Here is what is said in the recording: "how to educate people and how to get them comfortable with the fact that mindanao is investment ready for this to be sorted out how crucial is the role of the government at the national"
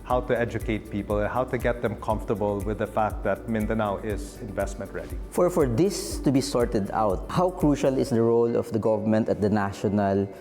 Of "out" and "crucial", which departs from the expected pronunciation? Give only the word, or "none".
none